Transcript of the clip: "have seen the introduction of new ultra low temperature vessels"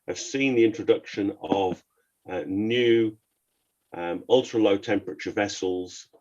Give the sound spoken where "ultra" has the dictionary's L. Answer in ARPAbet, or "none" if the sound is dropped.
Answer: L